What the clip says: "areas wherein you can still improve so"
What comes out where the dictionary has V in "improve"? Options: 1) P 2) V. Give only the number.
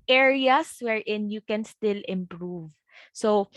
2